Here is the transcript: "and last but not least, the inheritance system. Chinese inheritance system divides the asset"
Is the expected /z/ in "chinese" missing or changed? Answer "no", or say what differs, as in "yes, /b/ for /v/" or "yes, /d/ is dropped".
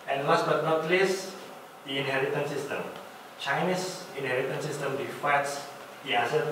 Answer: yes, /s/ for /z/